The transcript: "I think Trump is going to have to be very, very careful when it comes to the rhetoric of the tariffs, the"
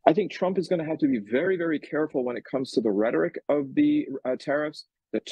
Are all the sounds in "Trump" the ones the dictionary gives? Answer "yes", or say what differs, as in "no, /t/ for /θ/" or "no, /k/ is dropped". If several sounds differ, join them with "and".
yes